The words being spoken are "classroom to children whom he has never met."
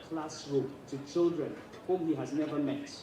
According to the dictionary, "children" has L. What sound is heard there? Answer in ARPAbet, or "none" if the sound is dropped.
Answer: L